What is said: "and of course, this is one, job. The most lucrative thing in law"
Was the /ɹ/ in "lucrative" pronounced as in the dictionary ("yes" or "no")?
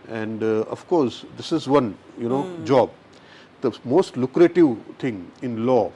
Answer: yes